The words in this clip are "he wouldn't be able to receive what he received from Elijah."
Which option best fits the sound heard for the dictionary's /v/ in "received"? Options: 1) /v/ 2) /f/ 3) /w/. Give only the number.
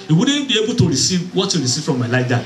2